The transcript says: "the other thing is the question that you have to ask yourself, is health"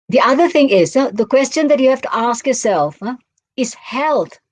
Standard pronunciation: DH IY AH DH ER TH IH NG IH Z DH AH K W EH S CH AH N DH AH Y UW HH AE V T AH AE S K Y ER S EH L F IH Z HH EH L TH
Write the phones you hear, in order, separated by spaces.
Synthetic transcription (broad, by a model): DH IY AH DH ER TH IH NG IH Z DH AH K W EH S CH AH N DH AH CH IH HH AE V T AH AE S K Y ER S EH L F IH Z HH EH L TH